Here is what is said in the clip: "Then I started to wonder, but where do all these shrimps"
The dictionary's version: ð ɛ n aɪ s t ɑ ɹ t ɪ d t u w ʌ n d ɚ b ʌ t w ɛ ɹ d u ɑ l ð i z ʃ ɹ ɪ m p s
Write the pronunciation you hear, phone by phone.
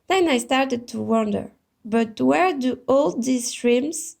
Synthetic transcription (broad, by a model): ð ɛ n aɪ s t ɑ ɹ t ɪ d t u w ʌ n d ɚ b ʌ t w ɛ ɹ d u ɑ l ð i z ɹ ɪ m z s